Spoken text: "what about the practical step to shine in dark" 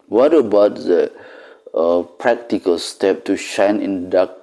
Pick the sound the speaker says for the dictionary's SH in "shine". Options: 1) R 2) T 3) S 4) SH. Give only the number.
4